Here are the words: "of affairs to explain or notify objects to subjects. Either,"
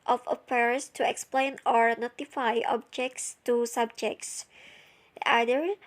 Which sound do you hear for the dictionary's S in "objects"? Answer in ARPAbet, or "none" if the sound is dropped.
S